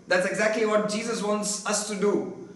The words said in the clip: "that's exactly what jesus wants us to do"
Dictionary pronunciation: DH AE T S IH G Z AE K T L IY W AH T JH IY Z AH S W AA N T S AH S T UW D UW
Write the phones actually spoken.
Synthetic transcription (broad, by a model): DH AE T S IH G Z AE K T L IY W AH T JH IY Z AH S W AA N T S AH S T UW D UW